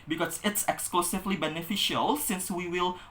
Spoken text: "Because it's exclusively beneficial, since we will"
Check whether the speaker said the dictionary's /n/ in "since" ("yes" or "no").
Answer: yes